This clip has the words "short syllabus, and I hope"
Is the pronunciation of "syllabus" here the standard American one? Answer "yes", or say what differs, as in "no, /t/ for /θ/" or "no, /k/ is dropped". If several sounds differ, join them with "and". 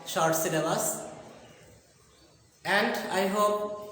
no, /n/ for /l/